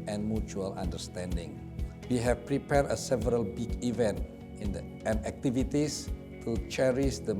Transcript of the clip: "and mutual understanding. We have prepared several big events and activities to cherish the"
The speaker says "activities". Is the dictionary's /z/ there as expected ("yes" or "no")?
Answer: no